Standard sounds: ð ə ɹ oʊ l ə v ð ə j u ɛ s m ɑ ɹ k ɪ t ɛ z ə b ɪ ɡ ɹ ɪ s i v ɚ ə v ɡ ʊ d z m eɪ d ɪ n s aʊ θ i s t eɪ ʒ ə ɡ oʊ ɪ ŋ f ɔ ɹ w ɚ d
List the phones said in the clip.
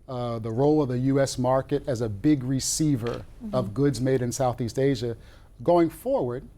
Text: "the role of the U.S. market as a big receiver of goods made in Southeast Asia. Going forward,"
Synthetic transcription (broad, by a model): ð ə ɹ oʊ l ə v ð ə j u ɛ s m ɑ ɹ k ɪ t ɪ z ə b ɪ ɡ ɹ ɪ s i v ɚ ə v ɡ ʊ d z m eɪ d ɪ n s aʊ θ i s t eɪ ʒ ə ɡ oʊ ɪ ŋ f ɔ ɹ w ɚ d